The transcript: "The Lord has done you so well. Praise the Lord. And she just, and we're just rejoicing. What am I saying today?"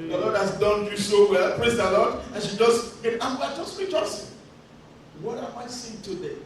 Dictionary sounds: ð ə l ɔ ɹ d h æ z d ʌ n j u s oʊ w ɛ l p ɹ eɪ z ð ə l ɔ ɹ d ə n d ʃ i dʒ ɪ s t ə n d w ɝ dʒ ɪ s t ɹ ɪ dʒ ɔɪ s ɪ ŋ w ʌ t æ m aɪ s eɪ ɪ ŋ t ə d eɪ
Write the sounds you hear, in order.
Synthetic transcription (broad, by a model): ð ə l ɔ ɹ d h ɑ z d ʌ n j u s oʊ w ɛ l p ɹ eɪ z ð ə l ɔ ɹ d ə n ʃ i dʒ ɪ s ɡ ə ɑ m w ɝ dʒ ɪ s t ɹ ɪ tʃ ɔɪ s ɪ w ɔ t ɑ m aɪ s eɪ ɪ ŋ t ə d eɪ